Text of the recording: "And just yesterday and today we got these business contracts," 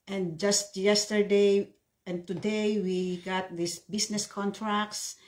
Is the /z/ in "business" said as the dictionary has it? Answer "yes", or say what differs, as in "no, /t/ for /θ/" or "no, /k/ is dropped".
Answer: no, /s/ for /z/